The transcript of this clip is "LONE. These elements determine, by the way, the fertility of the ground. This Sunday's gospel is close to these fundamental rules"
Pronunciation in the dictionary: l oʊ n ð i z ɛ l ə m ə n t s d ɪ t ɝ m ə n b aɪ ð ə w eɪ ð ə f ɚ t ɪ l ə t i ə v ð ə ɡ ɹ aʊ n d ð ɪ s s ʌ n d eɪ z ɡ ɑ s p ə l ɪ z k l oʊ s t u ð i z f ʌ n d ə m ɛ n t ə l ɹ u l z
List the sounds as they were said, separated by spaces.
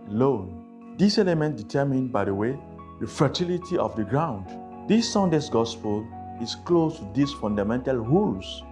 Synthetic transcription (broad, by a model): l oʊ n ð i s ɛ l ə m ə n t d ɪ t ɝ m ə n b aɪ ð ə w eɪ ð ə f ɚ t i l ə t i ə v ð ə ɡ ɹ aʊ n d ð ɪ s s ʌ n d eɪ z ɡ ɑ s p ə l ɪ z k l oʊ s t u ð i s f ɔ n d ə m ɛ n t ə l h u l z